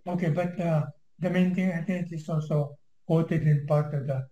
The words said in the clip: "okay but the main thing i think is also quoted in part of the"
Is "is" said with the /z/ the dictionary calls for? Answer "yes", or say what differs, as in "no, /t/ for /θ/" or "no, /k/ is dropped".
no, /s/ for /z/